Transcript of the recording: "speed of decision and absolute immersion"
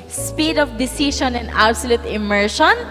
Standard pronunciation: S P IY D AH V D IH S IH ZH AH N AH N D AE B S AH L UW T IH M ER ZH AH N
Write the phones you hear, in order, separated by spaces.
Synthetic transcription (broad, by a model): S P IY D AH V D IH S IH SH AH N AH N D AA B S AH L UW T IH M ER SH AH N